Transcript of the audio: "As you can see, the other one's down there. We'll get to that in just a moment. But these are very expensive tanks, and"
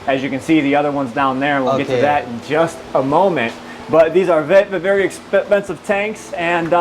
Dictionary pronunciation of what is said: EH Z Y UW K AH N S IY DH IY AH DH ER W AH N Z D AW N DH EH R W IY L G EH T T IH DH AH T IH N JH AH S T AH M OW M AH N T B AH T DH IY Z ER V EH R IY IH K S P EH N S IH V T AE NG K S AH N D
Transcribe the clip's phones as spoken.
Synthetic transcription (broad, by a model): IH Z Y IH K AH N S IY DH IY AH DH ER W AH N Z D AW N DH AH R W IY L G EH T T IH DH AH T IH N JH AH S T AH M OW M AH N T B AH T DH IY Z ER V EH R IY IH K S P EH N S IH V T AE NG K S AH N